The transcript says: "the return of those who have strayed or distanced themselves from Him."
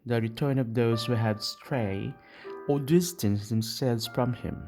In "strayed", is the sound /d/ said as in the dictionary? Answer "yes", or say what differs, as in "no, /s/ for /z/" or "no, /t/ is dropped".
no, /d/ is dropped